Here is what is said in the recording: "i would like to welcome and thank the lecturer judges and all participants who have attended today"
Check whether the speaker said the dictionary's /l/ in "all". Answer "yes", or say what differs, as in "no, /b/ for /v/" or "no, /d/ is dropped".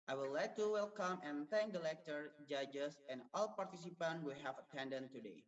yes